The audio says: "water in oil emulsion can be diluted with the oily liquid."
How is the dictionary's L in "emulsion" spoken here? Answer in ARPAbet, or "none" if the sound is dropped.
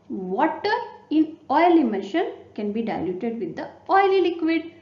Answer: N